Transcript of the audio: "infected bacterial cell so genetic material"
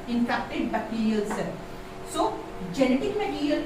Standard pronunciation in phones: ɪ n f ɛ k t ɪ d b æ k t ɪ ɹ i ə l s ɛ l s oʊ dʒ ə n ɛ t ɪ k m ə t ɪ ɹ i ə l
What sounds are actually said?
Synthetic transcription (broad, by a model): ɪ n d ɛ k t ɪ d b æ t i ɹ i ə l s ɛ s oʊ dʒ ə n ɛ t ɪ k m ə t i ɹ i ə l